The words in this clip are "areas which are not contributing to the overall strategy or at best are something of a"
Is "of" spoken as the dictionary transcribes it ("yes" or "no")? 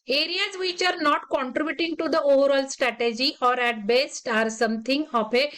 no